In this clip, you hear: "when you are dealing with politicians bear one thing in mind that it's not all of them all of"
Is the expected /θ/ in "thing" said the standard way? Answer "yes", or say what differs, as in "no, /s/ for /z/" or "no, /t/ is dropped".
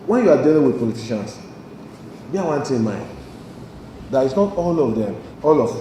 no, /t/ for /θ/